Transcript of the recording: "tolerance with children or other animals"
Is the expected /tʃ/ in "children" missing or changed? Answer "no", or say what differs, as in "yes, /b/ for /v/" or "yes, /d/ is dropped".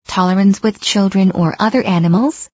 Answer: no